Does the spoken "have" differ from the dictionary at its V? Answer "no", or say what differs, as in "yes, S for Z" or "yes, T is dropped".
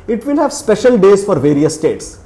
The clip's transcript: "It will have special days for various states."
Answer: no